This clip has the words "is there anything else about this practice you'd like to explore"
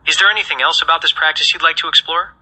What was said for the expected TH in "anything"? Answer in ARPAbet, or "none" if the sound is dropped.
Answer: TH